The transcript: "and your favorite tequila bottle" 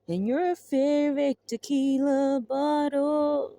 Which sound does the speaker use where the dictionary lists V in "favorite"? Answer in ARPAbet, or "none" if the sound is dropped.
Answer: F